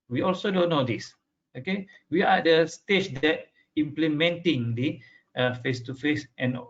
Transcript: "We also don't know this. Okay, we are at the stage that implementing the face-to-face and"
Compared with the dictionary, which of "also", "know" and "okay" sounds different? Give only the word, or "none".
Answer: none